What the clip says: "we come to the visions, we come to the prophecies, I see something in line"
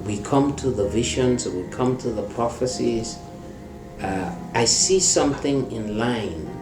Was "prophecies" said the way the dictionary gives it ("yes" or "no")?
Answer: yes